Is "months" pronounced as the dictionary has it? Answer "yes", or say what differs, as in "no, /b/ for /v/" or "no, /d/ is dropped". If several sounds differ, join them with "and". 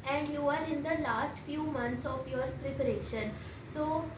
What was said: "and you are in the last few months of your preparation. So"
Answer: no, /t/ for /θ/